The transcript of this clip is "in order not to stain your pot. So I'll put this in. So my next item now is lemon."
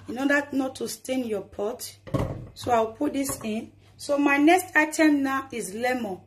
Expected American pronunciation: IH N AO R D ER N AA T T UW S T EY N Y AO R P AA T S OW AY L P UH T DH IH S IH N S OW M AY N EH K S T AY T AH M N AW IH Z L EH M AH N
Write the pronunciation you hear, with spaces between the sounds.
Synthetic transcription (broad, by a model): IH N AO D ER N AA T T UW S T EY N Y AO P AA T S OW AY W P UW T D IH S IH N S OW M AY N EH K S T AY T AH M N AW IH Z L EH M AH